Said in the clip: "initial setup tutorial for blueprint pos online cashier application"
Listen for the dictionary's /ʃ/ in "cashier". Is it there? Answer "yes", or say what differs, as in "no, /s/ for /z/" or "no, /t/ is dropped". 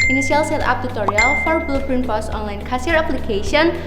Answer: no, /s/ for /ʃ/